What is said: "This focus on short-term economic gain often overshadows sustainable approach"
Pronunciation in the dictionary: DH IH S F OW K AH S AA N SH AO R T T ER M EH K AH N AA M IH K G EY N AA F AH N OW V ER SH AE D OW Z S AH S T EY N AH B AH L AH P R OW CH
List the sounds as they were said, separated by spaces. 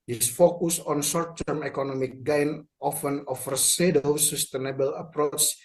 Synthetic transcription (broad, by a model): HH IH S F OW K AH S AA N S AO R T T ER M EH K AH N AA M IH K G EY N AA F AH N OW F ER S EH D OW S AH S T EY N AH B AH L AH P R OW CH